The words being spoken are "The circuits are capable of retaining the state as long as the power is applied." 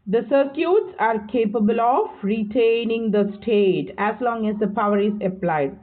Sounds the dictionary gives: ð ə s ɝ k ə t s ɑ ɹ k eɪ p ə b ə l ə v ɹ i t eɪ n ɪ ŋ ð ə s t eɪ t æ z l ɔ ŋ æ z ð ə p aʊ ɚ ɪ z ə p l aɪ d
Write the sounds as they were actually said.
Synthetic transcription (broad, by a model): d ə s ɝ k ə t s ɑ ɹ k eɪ p ə b ə l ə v ɹ i t eɪ n ɪ ŋ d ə s t eɪ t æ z l ɔ ŋ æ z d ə p aʊ ɚ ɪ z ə p l aɪ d